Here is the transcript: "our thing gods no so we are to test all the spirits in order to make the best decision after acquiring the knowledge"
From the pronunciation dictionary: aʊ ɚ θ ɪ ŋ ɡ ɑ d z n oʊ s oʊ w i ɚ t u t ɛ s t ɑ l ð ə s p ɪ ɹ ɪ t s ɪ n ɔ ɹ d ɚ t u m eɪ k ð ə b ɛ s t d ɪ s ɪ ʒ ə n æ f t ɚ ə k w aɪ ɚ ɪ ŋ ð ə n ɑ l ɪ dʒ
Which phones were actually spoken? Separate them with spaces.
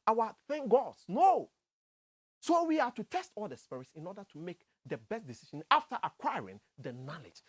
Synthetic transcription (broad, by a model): aʊ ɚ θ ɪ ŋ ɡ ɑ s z n oʊ s oʊ w i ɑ t u t ɛ s t ɑ l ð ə s p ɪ ɹ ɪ t s ɪ n ɔ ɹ d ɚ t u m eɪ k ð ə b ɛ s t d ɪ s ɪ ʃ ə n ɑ f t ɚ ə k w aɪ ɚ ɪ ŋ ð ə n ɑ l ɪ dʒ